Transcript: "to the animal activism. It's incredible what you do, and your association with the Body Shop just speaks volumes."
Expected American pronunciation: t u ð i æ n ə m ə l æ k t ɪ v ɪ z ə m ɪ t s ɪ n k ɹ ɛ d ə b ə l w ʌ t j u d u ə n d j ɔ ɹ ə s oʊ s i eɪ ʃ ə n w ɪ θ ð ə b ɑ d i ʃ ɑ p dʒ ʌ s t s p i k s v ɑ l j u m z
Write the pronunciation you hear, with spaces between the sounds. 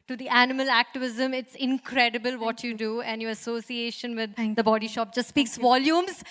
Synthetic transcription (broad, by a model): t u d i æ n ə m ə l æ k t ɪ v ɪ z ə m ɪ t s ɪ n k ɹ ɛ d ə b ə l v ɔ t j u d u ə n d j ɔ ɹ ə s oʊ s i eɪ ʃ ə n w ɪ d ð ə b ɑ d i ʃ ɑ p dʒ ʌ s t s p i k s v ɑ l j u m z